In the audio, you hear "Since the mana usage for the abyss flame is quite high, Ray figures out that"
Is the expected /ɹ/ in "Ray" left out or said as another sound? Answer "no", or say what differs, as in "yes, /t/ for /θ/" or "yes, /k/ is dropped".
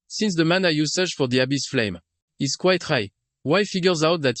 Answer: yes, /w/ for /ɹ/